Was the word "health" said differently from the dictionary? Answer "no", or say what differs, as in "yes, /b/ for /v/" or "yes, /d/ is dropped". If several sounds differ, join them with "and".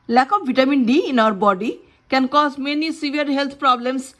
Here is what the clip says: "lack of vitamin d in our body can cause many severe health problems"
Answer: yes, /t/ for /θ/